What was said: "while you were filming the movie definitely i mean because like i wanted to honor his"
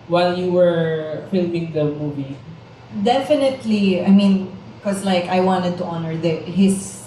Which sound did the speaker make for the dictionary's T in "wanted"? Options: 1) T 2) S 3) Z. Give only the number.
1